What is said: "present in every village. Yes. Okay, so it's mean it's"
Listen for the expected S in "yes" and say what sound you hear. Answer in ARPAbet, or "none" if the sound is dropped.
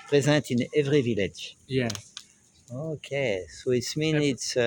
none